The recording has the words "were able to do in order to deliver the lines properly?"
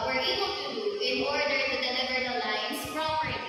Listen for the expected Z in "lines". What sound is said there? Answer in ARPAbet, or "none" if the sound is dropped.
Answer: S